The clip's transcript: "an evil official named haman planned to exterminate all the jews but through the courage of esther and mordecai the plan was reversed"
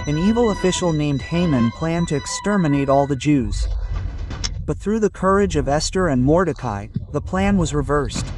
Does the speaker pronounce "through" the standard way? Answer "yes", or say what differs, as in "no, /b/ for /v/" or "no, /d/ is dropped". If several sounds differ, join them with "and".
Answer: yes